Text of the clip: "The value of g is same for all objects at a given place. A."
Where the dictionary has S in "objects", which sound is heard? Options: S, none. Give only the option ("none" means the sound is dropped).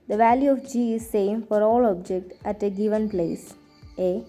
none